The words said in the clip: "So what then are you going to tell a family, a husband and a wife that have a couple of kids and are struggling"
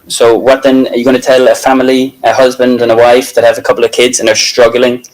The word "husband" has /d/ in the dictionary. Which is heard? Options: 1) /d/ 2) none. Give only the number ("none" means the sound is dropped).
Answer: 1